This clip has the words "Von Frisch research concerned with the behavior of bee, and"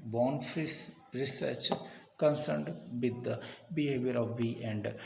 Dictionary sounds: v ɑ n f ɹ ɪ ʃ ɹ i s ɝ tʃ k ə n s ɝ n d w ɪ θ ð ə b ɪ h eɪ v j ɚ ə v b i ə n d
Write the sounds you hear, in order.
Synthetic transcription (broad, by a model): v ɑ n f ɹ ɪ s ɹ i s ɝ tʃ k ə n s ɝ n d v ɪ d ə b ɪ h eɪ v j ɚ ə v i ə n d